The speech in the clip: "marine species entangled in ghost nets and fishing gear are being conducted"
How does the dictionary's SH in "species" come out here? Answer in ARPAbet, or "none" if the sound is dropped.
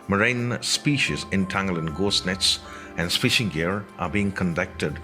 SH